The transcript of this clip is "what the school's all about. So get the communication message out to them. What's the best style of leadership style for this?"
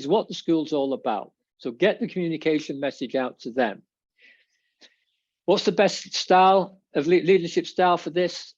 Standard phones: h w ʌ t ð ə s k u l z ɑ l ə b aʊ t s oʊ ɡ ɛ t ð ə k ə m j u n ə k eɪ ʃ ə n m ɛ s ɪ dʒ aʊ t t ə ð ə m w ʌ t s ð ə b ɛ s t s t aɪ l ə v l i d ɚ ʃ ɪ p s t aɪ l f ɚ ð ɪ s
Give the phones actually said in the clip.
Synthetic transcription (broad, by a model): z w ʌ t ð ə s k u l z ɑ l ə b aʊ t s oʊ ɡ ɛ t ð ə k ə m j u n ə k eɪ ʃ ə n m ɛ s ɪ dʒ aʊ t t ə ð ə m w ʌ t s ð ə b ɛ s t s t aɪ l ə v l i d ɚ ʃ ɪ p s t aɪ l f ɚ ð ɪ s